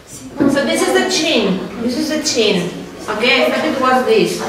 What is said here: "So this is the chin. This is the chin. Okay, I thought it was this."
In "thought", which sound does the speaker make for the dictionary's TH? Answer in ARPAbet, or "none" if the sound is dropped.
T